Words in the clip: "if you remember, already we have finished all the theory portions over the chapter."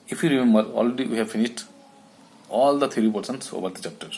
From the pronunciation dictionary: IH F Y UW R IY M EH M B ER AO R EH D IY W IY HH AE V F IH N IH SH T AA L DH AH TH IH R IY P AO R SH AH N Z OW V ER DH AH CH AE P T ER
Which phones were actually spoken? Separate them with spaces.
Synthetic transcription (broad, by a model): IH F Y UW R IY M EH M B ER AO L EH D IY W IY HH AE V F IH N IH SH T AA L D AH T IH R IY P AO R S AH N S OW V ER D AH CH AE P T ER